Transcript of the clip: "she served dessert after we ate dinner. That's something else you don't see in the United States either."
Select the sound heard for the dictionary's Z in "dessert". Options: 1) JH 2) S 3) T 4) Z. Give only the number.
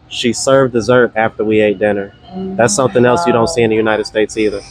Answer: 4